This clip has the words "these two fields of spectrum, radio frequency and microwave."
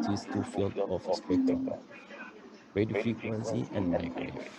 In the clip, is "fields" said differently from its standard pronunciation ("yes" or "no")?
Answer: yes